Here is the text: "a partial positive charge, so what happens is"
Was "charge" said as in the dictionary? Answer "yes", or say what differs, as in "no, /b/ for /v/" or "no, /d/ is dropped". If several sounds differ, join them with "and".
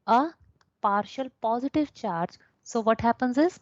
yes